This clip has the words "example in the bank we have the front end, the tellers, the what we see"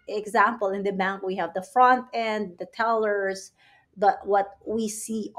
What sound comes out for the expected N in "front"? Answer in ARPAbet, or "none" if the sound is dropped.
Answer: N